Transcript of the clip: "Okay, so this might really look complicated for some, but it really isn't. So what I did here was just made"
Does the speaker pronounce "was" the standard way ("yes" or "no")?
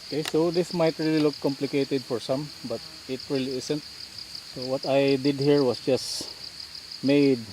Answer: no